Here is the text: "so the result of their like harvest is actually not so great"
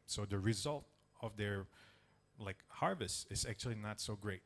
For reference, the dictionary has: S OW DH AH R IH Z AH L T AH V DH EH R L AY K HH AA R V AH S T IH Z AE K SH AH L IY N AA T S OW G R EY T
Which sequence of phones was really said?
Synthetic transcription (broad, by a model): S OW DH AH R IH Z AH L T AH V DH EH R L AY K HH AA R V AH S T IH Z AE K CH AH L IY N AA T S OW G R EY T